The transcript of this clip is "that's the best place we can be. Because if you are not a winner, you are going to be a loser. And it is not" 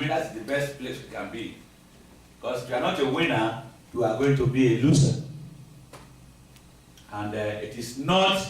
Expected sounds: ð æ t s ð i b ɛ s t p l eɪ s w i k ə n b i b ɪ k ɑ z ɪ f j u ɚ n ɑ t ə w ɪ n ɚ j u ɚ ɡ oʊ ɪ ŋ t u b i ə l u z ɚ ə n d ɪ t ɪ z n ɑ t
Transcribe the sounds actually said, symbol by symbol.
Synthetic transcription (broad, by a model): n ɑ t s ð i b ɛ s t p l eɪ s w i k ə n b i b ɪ k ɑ s ɪ f j u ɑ n ɑ t ə w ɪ n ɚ j u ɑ ɡ oʊ ɪ ŋ t u b i ə l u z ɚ ə n d ɪ t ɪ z n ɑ t